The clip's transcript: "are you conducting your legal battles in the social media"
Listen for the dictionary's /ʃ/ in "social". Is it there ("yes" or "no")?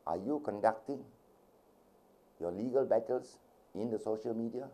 yes